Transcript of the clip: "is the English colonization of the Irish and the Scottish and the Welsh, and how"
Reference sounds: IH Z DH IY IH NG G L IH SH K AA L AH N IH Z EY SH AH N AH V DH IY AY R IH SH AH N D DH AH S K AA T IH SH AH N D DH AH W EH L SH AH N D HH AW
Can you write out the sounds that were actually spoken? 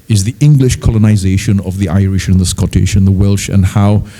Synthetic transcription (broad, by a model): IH Z DH IY IH NG G L IH SH K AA L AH N IH Z EY SH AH N AH V DH IY AY R IH SH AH N DH AH S K AA T IH SH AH N DH AH W EH L SH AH N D HH AW